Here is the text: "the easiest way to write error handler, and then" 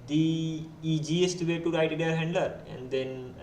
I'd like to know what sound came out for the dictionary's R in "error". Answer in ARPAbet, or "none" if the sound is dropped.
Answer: none